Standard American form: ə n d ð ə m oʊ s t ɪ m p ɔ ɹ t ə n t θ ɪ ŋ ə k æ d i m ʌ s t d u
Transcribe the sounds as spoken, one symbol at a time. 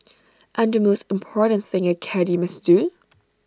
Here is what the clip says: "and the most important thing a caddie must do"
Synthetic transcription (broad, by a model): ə n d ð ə m oʊ s t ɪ m p ɔ ɹ t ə n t θ ɪ ŋ ə k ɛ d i m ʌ s d u